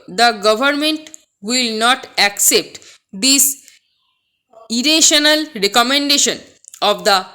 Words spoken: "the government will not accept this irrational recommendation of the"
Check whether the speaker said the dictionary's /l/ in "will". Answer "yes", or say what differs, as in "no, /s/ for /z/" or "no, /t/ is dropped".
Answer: yes